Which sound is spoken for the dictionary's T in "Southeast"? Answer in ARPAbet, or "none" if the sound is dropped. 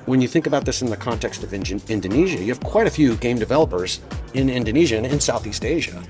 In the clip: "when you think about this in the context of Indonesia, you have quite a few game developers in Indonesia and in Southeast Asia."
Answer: T